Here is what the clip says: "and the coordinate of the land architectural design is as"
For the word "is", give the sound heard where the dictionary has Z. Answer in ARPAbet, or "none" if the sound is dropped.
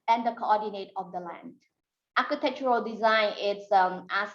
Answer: S